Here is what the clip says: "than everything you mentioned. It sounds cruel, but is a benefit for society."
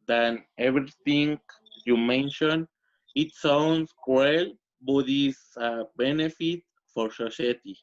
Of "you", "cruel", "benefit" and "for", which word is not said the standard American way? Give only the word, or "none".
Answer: cruel